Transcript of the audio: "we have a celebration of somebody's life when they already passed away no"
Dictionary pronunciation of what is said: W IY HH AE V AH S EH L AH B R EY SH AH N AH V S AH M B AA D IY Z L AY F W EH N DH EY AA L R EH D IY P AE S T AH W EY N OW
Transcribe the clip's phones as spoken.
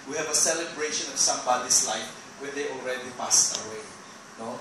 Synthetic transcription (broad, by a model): W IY HH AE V AH S EH L AH B R EY SH AH N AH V S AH M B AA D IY S L AY F W EH N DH EY AA L R EH D IY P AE S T AH W EY N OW